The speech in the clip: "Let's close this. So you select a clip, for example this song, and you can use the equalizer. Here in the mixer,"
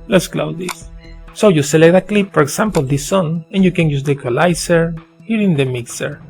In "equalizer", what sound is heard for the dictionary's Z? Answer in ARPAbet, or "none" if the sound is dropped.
S